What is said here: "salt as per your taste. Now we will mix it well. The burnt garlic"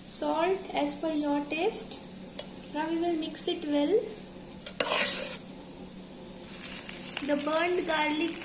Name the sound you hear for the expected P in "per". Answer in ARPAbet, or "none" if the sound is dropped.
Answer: F